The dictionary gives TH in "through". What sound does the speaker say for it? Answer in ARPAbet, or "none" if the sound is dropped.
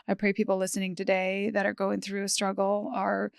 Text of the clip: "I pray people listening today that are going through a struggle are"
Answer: TH